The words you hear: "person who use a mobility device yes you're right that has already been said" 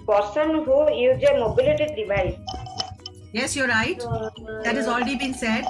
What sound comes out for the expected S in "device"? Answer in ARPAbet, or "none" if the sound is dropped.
none